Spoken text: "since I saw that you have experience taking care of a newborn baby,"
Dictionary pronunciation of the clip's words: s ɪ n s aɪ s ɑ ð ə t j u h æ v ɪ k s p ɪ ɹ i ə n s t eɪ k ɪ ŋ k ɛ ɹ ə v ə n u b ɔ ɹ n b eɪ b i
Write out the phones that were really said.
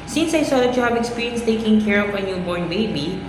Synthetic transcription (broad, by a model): s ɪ n s aɪ s ɑ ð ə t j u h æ b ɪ k s p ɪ ɹ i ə n s t eɪ k ɪ ŋ k ɛ ɹ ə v ə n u b ɔ ɹ n b eɪ b i